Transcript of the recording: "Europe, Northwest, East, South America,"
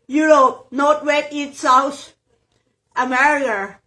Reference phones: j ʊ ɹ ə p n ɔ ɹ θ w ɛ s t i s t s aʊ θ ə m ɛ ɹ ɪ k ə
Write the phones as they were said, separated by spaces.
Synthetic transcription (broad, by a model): j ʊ ɹ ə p n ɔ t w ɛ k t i t s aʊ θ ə m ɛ ɹ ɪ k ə